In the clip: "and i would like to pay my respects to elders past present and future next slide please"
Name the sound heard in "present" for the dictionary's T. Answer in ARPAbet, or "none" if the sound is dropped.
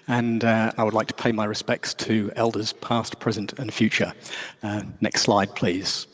T